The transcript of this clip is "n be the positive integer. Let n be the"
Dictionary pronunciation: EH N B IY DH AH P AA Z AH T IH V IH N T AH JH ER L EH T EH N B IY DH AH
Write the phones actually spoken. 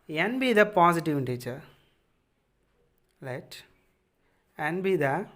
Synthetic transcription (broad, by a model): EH N B IY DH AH P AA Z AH T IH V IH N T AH CH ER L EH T EH N B IY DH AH